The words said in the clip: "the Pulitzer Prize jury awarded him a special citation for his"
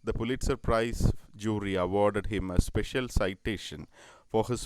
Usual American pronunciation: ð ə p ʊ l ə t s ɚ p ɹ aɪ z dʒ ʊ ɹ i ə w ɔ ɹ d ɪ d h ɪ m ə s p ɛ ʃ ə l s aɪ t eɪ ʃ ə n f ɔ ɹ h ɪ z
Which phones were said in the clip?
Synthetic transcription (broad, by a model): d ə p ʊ l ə t s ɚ p ɹ aɪ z dʒ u ɹ i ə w ɔ ɹ d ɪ d h ɪ m ə s p ɛ ʃ ə l s aɪ t eɪ ʃ ə n f ɔ ɹ h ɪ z